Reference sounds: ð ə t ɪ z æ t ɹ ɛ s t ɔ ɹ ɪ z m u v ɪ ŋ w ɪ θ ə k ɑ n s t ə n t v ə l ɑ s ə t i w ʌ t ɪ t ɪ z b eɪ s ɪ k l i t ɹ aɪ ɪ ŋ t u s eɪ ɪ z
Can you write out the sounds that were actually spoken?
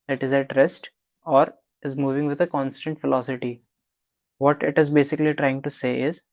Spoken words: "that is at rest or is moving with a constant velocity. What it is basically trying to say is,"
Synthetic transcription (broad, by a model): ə t ɪ z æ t ɹ ɛ s t ɔ ɹ ɪ z m u v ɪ ŋ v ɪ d ə k ɑ n s t ə n t f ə l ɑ s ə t i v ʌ t ɪ t ɪ z b eɪ s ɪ k l i t ɹ aɪ ɪ ŋ t u s eɪ ɪ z